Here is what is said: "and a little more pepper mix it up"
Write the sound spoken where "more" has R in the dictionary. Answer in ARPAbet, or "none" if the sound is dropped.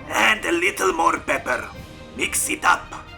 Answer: R